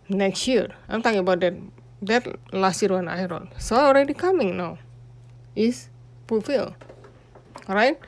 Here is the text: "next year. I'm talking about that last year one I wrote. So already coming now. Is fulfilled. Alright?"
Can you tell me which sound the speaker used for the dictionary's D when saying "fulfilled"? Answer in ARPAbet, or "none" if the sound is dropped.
none